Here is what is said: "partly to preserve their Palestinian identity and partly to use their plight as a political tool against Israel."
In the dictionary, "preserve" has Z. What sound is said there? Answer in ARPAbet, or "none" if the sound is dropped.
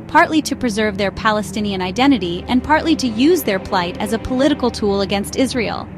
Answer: Z